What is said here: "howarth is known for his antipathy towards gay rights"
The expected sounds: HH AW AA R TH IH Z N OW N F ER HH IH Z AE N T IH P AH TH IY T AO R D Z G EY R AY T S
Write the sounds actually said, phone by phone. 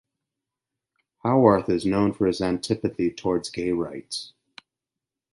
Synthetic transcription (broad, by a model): HH AW AA R TH IH Z N OW N F ER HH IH Z AE N T IH P AH TH IY T AO R D Z G EY R AY T S